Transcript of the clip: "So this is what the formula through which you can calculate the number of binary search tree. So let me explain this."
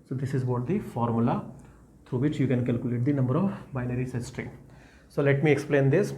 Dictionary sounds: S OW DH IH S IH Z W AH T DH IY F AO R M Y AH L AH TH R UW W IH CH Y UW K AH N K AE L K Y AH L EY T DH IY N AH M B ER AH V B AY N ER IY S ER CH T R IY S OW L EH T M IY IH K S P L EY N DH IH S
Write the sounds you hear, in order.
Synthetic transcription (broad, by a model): S OW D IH S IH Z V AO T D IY F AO R M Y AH L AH T R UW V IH CH Y UW K AH N K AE L K Y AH L EY T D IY N AH M B ER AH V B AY N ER IY S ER S T R IY S OW L EH T M IY IH K S P L EY N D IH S